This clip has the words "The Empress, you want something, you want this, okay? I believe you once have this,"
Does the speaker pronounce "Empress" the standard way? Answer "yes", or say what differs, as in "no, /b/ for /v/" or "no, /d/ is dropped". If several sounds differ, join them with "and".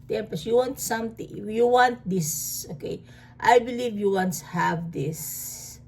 no, /ɹ/ is dropped